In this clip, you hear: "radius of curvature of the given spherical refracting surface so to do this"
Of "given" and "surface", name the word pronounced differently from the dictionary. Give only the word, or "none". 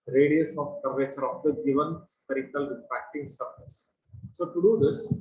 surface